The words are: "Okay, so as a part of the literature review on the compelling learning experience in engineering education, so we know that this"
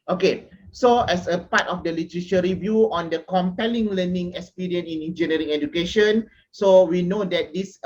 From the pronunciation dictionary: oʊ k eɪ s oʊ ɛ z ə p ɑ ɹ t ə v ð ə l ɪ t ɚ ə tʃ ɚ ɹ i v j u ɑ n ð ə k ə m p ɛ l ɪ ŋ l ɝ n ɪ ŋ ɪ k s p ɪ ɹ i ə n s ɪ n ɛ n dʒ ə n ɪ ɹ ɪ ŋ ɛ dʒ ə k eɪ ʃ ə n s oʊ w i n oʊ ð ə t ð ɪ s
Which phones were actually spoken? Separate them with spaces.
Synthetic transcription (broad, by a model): oʊ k eɪ s oʊ ɛ s ə p ɑ t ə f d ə l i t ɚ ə ʃ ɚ ɹ i v j u ɑ n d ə k ə m p ɛ l ɪ ŋ l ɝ n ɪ ŋ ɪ k s p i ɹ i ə n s ɪ n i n dʒ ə n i ɹ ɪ ŋ ɛ dʒ ə k eɪ ʃ ə n s oʊ w i n oʊ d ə t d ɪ s